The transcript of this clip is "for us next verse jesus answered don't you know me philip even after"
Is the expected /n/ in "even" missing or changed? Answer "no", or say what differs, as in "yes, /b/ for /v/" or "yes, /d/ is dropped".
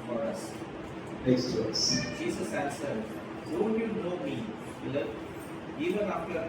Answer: no